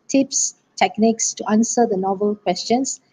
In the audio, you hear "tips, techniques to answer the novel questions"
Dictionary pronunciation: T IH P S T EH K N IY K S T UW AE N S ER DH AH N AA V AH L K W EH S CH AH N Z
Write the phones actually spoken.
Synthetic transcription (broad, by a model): T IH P S T EH K N IY K S T UW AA N S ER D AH N AA V AH L K W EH S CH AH N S